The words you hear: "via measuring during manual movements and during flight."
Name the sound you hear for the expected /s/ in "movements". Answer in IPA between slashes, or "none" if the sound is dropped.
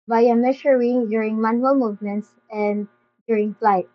/s/